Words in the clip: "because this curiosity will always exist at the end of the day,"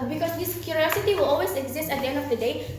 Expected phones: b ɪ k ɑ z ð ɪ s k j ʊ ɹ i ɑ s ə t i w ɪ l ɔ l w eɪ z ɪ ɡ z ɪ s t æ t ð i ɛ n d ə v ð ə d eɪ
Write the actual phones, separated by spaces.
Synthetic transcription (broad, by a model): b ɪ k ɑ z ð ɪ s k j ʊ ɹ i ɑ s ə t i w ɪ l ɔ l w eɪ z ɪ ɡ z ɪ s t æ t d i ɛ n d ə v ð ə d eɪ